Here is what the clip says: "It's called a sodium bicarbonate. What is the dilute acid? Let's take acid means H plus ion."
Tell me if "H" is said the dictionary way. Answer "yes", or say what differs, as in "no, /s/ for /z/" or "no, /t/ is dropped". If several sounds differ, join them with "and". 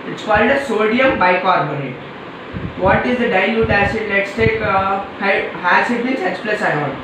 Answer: no, /s/ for /tʃ/